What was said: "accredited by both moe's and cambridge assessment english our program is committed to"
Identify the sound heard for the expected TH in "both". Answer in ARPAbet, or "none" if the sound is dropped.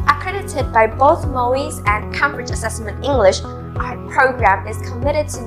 TH